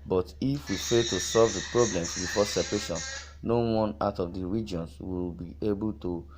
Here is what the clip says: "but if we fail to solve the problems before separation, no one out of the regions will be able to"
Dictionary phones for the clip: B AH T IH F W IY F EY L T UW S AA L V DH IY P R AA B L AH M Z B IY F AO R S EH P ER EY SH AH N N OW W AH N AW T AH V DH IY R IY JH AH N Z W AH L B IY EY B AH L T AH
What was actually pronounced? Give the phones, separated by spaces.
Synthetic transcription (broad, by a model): B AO T IH F W IY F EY T UW S AA L V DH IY P R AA B L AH M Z B IY F AO S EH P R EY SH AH N N OW W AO N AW T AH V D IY R IY JH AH N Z W AH L B IY EY B AH L T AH